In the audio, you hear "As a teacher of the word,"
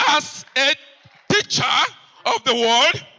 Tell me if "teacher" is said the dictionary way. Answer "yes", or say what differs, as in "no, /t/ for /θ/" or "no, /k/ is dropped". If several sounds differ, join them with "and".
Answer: yes